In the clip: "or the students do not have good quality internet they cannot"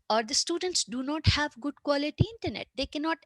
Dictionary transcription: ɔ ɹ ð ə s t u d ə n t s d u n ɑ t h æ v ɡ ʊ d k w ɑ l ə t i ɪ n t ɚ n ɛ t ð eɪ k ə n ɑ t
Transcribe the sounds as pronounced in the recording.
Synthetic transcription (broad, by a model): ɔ ɹ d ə s t u d ə n t s d u n ɑ t h æ v ɡ ʊ d k w ɑ l ə t i ɪ n t ɚ n ɛ t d eɪ k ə n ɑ t